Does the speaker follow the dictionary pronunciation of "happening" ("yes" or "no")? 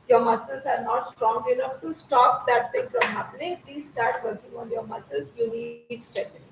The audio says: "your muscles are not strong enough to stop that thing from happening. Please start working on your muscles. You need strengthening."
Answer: no